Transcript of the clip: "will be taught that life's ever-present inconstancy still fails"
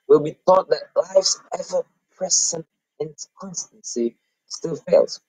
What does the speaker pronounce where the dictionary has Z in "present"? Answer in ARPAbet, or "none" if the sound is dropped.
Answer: S